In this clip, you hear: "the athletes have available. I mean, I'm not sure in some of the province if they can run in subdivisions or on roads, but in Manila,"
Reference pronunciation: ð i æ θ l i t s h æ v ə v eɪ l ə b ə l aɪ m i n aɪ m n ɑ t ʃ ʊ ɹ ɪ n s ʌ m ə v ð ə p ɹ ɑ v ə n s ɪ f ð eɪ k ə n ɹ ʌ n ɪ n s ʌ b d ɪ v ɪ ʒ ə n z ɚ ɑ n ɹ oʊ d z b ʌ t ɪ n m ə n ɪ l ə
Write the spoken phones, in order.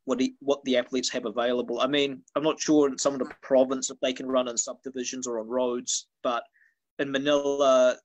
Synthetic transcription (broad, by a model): ð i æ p l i t s h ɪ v ə v eɪ l ə b ə l aɪ m i n aɪ m n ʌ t ʃ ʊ ɹ ɪ n s ʌ m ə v ð ə p ɹ ɑ v ə n s ɪ f ð eɪ k ə n ɹ ʌ n ɪ n s ʌ b d ɪ v ɪ ʒ ə n z ɚ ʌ n ɹ oʊ d z b ʌ t ɪ n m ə n ɪ l ə